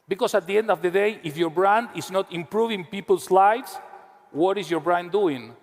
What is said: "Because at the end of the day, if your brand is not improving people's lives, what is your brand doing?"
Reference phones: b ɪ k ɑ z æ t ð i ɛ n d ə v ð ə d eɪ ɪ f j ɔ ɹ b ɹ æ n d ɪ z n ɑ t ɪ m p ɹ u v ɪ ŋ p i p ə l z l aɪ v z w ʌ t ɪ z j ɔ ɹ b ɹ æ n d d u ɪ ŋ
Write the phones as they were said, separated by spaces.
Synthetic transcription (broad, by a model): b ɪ k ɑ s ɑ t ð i ɛ n d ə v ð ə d eɪ ɪ f j ɔ ɹ b ɹ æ n d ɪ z n ɑ t ɪ m p ɹ u v ɪ ŋ p i p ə l s l aɪ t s w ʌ t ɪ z j ɔ ɹ b ɹ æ n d d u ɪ ŋ